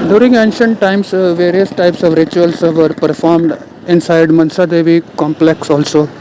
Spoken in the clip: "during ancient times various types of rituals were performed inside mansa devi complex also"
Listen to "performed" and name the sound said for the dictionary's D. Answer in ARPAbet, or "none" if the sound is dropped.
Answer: D